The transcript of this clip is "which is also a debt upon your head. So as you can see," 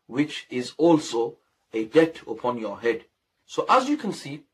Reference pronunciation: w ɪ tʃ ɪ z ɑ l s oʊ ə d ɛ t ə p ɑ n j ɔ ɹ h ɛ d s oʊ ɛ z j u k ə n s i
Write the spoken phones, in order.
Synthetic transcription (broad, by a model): w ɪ tʃ ɪ z ɑ l s oʊ ə d ɛ t ə p ɑ n j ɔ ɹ h ɛ d s oʊ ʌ z j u k ə n s i